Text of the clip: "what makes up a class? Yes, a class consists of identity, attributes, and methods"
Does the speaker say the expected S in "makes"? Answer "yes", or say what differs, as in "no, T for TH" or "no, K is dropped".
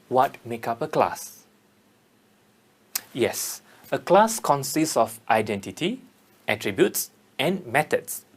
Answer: no, S is dropped